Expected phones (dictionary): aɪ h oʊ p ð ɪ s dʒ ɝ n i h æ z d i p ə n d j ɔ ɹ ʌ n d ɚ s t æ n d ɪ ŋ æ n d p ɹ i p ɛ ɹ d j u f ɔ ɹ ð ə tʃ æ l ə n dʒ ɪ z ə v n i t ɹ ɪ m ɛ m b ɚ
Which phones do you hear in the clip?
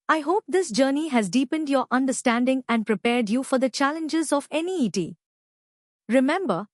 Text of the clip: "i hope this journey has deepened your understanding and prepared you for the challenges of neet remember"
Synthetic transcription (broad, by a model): aɪ h oʊ p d ɪ s dʒ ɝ n i h æ z d i p ə n d j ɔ ɹ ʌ n d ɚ s t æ n d ɪ ŋ æ n d p ɹ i p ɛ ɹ d j u f ɔ ɹ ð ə tʃ æ l ə n dʒ ɪ z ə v n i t ɹ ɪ m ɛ m b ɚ